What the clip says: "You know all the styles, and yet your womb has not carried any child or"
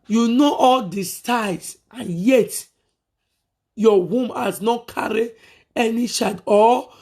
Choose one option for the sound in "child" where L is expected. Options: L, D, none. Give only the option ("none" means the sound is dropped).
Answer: none